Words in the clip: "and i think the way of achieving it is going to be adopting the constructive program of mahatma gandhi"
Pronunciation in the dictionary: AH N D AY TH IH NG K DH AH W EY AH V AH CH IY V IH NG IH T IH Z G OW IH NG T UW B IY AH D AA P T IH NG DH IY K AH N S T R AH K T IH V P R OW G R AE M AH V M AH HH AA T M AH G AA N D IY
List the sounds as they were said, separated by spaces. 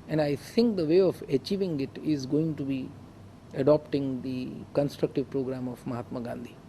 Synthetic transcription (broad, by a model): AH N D AY T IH NG K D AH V EY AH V AH CH IY V IH NG IH T IH Z G OW IH NG T UW B IY AH D AA P T IH NG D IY K AH N S T R AH K T IH V P R OW G R AE M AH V M AH HH AA T M AH G AA N D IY